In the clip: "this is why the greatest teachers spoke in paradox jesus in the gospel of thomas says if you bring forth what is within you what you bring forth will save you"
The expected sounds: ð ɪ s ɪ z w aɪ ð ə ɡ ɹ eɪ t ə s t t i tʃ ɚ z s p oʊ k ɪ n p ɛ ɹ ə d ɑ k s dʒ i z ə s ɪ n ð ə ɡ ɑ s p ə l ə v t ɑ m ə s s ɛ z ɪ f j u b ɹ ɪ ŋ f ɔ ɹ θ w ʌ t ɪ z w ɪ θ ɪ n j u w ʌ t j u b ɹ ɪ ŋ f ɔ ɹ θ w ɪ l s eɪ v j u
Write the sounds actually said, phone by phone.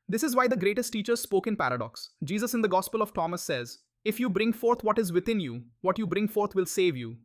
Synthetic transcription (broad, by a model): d ɪ s ɪ z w aɪ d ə ɡ ɹ eɪ t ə s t t i tʃ ɚ z s p oʊ k ɪ n p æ ɹ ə d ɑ k s dʒ i z ə s ɪ n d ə ɡ ɑ s p ə l ə v t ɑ m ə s s ɛ z ɪ f j u b ɹ ɪ ŋ f ɔ ɹ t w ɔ t ɪ z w ɪ t ɪ n j u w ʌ t j u b ɹ ɪ ŋ f ɔ ɹ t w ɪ l s eɪ v j u